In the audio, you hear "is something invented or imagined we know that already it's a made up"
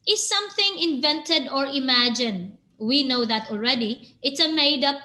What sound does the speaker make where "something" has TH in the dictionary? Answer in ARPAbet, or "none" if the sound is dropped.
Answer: TH